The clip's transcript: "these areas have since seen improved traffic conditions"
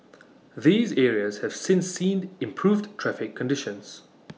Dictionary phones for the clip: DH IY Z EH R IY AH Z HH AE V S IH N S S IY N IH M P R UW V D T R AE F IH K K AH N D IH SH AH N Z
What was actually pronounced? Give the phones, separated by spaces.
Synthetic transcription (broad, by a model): DH IY Z EH R IY AH Z HH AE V S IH N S S IY N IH M P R UW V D T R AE F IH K K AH N D IH SH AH N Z